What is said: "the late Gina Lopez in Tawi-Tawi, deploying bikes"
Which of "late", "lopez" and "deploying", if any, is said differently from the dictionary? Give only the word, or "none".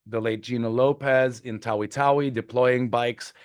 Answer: none